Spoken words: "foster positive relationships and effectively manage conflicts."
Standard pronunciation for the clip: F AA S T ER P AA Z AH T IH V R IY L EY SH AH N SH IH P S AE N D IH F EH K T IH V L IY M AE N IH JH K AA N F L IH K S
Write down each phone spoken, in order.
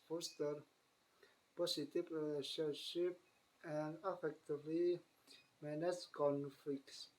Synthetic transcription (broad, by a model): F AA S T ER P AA S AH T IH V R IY L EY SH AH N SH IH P AE N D IH F EH K T IH V L IY M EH N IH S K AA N F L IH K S